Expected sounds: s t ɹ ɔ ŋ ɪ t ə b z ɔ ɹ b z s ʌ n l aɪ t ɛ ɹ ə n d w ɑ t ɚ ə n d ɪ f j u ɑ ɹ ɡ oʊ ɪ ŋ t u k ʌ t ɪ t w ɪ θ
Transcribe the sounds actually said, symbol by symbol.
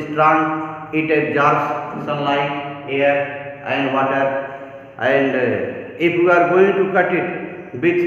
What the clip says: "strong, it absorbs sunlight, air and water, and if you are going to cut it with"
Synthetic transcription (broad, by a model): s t ɹ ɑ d ɪ t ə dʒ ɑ ɹ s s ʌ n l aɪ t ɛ ɹ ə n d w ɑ t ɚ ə n d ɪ p j u ɑ ɹ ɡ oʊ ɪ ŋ t u k ʌ t ɪ t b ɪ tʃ